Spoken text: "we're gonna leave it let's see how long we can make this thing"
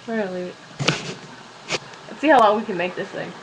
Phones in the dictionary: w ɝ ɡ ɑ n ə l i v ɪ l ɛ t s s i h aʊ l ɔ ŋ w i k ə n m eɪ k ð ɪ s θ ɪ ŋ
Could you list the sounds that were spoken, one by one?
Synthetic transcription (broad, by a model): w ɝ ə l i ɪ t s s i h aʊ l ɔ ŋ w i k ə n m eɪ k ð ɪ s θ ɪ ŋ